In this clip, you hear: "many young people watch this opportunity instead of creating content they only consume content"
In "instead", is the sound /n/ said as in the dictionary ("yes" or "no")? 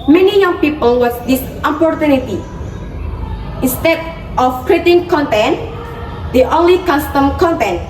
yes